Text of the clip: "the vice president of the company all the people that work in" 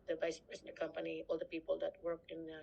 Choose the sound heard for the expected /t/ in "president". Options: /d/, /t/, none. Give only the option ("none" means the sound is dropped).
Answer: none